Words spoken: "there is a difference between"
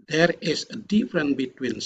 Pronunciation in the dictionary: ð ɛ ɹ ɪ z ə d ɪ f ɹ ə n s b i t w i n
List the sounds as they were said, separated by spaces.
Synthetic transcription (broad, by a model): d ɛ ɹ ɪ s ə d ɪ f ɹ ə n b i t w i n